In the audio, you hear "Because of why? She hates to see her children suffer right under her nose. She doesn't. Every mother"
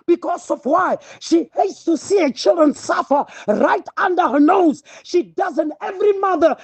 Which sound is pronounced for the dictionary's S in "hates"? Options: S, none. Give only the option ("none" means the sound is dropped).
S